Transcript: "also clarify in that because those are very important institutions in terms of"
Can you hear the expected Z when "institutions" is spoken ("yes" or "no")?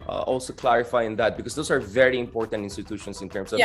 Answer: no